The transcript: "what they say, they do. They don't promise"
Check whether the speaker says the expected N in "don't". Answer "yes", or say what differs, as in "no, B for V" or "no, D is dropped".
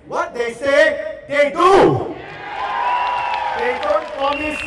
yes